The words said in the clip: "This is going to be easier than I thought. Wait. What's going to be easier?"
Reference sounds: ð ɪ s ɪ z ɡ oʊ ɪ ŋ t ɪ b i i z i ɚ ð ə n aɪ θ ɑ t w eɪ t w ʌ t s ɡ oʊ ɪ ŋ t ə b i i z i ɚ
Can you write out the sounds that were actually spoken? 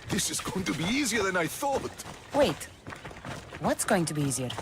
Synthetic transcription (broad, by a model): ð ɪ s ɪ z ɡ oʊ ɪ ŋ t ɪ b i i z i ɚ ð ə n aɪ θ ɑ t w eɪ t w ʌ t s ɡ oʊ ɪ ŋ t ə b i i z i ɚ